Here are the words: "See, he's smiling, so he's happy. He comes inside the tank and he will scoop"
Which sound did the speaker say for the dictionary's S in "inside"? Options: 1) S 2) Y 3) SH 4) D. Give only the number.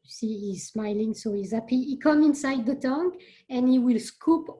1